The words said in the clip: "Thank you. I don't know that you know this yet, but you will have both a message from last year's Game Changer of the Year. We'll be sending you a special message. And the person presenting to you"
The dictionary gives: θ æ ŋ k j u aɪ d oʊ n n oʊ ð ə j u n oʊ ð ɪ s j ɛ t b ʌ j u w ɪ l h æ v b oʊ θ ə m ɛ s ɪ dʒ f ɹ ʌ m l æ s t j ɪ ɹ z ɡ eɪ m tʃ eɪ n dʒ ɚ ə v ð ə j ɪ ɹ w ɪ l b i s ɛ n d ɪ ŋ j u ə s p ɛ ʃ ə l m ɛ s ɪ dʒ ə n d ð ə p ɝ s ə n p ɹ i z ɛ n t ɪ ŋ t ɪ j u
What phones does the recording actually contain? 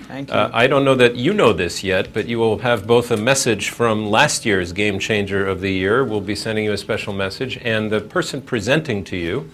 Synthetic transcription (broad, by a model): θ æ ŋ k aɪ d oʊ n n oʊ ð ə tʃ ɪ n oʊ ð ɪ s j ɛ t b ʌ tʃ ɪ w ɪ l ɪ v b oʊ θ ə m ɛ s ɪ dʒ f ɹ ʌ m l æ s t j ɪ ɹ z ɡ eɪ m tʃ eɪ n dʒ ɚ ə v ð ə j ɪ ɹ w ɪ l b i s ɛ n d ɪ ŋ j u ə s p ɛ ʃ l m ɛ s ɪ dʒ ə n ð ə p ɝ s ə n p ɹ i z ɛ n t ɪ ŋ t ɪ j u